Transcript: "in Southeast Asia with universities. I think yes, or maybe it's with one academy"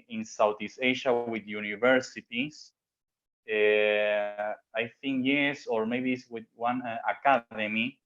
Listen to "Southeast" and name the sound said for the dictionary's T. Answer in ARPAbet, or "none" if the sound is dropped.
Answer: none